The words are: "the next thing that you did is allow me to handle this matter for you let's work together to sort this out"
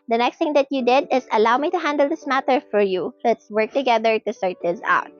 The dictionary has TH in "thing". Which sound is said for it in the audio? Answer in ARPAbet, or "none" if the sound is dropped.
T